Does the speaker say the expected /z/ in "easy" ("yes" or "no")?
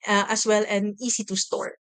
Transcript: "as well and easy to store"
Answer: no